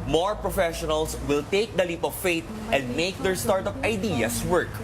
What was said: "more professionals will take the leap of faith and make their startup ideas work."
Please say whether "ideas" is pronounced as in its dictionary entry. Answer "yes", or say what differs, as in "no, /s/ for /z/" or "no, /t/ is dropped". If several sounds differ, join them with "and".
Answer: no, /s/ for /z/